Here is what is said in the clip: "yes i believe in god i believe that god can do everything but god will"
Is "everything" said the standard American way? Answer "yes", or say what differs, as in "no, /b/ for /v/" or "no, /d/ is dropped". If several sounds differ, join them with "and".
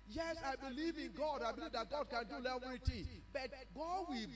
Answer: no, /t/ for /θ/